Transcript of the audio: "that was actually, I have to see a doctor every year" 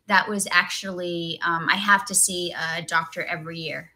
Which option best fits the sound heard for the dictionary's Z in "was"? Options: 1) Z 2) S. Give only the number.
1